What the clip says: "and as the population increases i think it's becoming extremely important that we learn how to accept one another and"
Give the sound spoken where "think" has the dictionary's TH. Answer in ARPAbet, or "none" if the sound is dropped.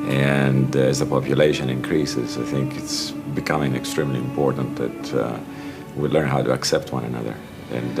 TH